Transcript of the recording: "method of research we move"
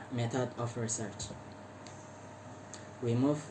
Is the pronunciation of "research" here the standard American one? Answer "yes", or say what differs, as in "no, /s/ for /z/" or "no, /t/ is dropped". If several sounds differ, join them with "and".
yes